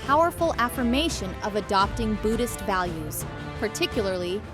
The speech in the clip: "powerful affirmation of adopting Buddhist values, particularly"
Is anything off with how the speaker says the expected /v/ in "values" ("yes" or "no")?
no